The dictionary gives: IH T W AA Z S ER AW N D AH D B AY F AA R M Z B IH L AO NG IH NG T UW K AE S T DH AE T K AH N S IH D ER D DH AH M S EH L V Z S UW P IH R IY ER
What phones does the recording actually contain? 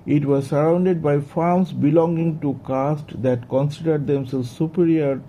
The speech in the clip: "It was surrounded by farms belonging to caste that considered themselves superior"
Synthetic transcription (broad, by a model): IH T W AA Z S ER AW N D AH D B AY F AA R M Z B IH L AO NG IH NG T UW K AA S T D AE T K AH N S IH D ER D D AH M S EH L Z S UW P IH R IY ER